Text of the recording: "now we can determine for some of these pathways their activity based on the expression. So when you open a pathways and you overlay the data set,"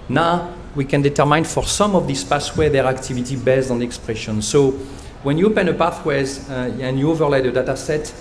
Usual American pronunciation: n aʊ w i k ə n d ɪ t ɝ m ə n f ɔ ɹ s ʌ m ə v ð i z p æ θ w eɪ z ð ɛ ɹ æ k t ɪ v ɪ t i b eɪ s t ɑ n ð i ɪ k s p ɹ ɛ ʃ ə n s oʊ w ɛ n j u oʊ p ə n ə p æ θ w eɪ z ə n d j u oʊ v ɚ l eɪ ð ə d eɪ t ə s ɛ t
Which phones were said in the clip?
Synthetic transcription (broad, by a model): n aʊ w i k ə n d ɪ t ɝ m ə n f ɔ ɹ s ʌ m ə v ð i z p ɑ s w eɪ ð ɛ ɹ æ k t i v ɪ t i b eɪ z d ɑ n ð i ɪ k s p ɹ ɛ ʃ ə n s oʊ w ɛ n j u oʊ p ə n ə p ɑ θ w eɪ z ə n j u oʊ v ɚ l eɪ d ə d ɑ t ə s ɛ t